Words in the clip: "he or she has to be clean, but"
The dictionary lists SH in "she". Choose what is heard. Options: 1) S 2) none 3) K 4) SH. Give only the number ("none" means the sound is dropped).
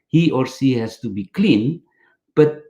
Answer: 1